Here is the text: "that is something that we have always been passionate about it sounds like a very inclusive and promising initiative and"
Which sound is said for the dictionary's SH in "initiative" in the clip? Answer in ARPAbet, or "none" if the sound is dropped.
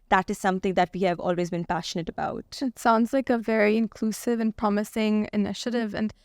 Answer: SH